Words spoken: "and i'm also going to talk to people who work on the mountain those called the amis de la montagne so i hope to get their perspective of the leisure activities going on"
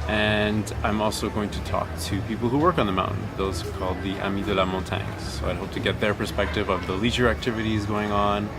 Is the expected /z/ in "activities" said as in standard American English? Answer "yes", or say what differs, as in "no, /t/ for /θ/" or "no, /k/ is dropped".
yes